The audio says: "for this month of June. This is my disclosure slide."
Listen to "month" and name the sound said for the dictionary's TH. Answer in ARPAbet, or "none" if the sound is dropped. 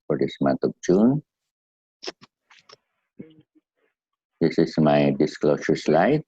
T